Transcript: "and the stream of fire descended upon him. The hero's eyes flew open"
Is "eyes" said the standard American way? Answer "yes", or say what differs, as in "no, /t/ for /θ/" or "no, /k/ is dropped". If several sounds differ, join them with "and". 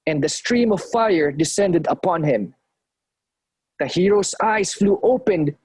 no, /s/ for /z/